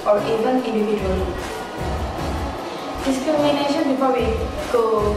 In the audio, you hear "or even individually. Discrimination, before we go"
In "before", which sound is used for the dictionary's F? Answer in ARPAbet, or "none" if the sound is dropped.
P